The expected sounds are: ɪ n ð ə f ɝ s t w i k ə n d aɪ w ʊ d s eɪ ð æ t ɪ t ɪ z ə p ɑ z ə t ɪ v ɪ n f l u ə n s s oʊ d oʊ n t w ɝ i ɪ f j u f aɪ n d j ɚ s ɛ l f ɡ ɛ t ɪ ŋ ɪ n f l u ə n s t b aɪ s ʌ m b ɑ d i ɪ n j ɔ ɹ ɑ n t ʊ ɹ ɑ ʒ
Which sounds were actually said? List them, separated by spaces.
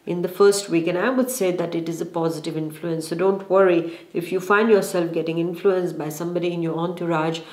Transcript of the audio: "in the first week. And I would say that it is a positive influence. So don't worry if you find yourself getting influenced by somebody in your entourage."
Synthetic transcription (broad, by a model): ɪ n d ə f ɝ s t w i k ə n aɪ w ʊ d s eɪ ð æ t ɪ t ɪ z ə p ɑ z ə t ɪ v ɪ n f l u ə n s s oʊ d oʊ n t w ɝ i ɪ f j u f aɪ n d j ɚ s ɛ l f ɡ ɛ t ɪ ŋ ɪ n f l u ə n s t b aɪ s ʌ m b ɑ d i ɪ n j ɔ ɹ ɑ n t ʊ ɹ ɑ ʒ